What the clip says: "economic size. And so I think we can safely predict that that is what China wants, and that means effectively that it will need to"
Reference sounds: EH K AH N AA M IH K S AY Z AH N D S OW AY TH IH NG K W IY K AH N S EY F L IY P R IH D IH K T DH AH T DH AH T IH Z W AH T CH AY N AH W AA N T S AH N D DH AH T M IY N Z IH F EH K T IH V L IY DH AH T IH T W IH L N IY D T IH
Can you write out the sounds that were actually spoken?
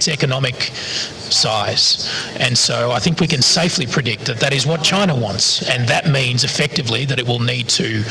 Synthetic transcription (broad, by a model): EH K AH N AA M IH K S AY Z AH N S OW AY TH IH NG K W IY K AH N S EY F L IY P R IH D IH K T DH AH T DH AH T IH Z W AH T CH AY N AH W AA N T S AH N DH AH T M IY N Z IH F EH K T IH V L IY DH AH T IH T W IH L N IY D T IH